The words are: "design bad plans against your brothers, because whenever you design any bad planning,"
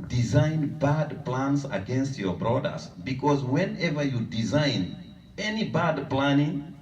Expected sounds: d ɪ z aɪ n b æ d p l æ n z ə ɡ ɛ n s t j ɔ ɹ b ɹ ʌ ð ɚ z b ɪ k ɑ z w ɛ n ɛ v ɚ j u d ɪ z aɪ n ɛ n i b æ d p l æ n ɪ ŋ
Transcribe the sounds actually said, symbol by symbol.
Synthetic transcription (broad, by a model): d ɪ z aɪ n b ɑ d p l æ n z ə ɡ ɛ n s t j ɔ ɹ b ɹ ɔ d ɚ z b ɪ k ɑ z w ɛ n ɛ v ɚ j u d ɪ z aɪ n ɛ n i b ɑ d p l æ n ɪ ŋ